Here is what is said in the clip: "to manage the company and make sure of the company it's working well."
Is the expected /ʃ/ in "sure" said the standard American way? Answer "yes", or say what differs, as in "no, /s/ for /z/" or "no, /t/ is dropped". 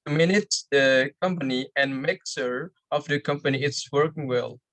no, /s/ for /ʃ/